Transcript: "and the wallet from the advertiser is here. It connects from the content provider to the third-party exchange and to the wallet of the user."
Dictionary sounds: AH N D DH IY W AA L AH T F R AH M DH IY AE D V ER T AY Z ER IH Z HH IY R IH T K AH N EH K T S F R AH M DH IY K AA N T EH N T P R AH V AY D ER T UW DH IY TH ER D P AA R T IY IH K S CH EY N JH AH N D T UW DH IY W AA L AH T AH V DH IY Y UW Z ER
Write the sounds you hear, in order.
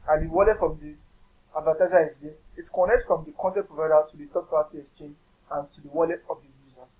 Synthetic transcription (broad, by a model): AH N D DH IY W AA L AH T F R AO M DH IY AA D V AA T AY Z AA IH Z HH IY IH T K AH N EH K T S F R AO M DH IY K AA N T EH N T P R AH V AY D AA T UW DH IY T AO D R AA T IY IH K S CH EY N JH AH N T UW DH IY W AA L AH T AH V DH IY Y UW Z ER